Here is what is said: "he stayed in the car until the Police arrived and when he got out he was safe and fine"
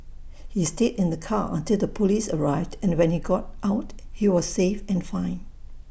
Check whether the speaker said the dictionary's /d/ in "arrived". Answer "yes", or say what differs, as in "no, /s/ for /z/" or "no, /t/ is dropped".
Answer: yes